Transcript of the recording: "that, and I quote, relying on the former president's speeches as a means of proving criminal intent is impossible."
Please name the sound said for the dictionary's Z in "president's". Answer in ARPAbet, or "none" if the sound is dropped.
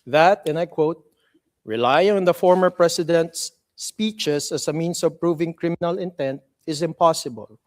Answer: S